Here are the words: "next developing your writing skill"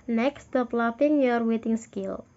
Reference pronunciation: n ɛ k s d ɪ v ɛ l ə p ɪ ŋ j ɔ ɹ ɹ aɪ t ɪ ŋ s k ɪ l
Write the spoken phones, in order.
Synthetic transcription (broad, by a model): n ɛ k s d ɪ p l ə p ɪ ŋ j ɔ ɹ w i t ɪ ŋ s k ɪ l